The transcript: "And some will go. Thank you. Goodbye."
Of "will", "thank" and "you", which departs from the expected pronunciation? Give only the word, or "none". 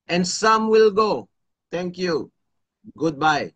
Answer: thank